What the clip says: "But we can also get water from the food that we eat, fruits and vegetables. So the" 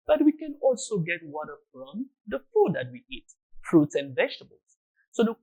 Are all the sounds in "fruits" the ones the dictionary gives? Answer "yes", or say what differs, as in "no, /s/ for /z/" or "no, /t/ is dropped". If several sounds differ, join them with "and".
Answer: yes